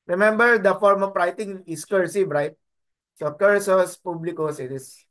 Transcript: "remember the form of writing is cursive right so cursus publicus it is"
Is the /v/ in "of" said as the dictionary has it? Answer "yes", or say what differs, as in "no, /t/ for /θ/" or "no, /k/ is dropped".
no, /p/ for /v/